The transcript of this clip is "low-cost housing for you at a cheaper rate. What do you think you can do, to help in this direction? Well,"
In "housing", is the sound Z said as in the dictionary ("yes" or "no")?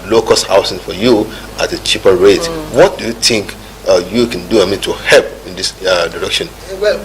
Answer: no